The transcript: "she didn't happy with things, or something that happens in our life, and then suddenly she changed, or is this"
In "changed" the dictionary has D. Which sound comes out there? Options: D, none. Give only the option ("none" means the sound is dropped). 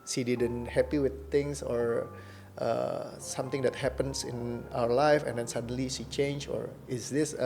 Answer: none